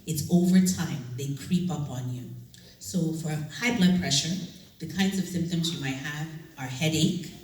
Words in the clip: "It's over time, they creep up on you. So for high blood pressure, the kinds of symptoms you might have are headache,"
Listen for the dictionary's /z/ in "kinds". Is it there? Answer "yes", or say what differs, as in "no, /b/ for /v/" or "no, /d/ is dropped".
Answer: yes